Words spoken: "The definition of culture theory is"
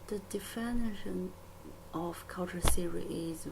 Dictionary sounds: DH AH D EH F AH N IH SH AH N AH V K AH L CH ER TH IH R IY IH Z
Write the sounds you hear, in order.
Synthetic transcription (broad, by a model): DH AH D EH F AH N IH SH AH N AH V K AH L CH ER S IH R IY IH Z